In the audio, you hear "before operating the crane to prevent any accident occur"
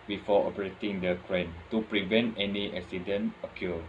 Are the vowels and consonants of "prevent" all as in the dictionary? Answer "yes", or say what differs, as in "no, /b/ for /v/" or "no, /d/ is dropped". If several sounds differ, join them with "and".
yes